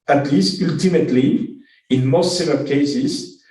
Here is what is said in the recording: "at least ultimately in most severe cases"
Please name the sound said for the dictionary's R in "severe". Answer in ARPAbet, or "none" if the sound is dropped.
L